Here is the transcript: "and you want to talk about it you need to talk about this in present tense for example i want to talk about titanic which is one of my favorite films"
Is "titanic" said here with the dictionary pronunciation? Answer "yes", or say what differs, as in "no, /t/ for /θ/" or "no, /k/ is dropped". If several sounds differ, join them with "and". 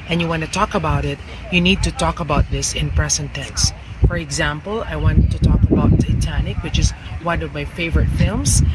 yes